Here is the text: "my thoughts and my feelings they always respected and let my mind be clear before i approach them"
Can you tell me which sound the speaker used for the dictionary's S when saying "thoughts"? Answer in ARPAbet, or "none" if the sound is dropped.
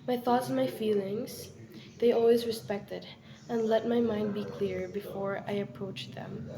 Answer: S